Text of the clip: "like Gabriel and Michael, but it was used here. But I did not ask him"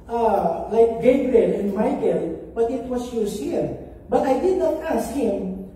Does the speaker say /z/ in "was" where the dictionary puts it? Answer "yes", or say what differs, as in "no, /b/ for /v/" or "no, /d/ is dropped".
no, /s/ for /z/